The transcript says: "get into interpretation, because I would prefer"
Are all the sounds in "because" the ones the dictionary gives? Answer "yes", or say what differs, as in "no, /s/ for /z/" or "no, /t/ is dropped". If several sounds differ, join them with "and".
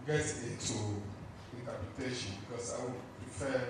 no, /s/ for /z/